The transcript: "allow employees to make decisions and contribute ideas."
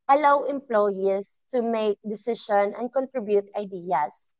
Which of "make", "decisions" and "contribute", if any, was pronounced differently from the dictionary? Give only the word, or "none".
decisions